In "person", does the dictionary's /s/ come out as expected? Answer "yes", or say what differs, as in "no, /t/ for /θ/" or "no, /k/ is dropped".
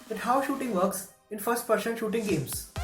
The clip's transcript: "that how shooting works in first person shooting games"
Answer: no, /ʃ/ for /s/